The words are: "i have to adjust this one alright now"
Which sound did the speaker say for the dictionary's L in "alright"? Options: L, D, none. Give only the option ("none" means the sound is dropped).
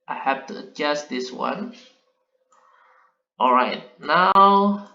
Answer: L